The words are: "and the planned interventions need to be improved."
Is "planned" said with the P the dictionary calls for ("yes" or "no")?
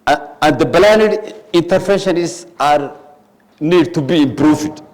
no